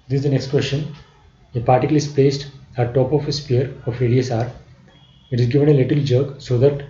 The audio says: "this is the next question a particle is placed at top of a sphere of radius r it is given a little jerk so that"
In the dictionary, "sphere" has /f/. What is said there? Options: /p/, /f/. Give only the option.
/p/